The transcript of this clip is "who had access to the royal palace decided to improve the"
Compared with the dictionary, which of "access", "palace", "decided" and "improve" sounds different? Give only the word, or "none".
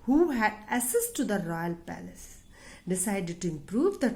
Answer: access